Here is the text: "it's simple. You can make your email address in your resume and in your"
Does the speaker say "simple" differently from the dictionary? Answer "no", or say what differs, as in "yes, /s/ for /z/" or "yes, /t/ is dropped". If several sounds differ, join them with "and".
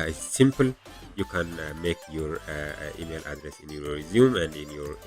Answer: no